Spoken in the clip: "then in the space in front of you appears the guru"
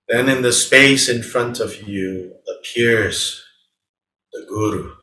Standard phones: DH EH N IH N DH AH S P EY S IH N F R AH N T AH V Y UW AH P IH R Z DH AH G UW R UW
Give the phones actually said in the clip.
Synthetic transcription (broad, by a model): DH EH N IH N DH AH S P EY S IH N F R AH N T AH V Y UW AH P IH R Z DH AH G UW R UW